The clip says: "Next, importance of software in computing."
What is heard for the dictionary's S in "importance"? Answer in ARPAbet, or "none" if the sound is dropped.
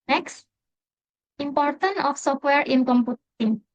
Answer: none